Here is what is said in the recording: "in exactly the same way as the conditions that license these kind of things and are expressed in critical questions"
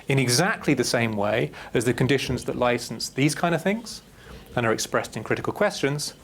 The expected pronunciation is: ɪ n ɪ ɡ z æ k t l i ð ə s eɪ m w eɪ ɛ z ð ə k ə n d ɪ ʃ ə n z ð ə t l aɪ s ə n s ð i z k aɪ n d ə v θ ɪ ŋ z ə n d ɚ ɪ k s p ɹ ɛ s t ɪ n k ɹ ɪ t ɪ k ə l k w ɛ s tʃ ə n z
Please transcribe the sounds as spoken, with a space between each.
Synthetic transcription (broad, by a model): ɪ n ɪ ɡ z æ k t l i ð ə s eɪ m w eɪ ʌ z ð ə k ə n d ɪ ʃ ə n z ð ə t l aɪ s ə n s ð i z k aɪ n d ə v θ ɪ ŋ z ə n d ɚ ɪ k s p ɹ ɛ s t ɪ n k ɹ ɪ t ɪ k ə l k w ɛ s tʃ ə n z